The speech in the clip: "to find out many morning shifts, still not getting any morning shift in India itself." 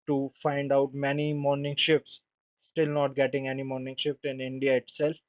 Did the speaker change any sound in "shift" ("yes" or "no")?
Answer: yes